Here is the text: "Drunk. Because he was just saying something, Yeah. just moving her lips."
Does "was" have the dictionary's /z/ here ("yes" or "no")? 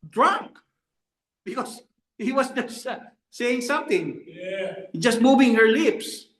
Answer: no